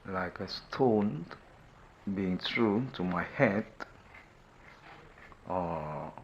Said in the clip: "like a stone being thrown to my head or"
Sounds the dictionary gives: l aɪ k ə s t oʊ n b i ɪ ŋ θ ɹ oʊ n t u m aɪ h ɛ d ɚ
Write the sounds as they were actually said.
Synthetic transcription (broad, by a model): l aɪ k ə s t oʊ n b i ɪ ŋ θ ɹ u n t u m aɪ h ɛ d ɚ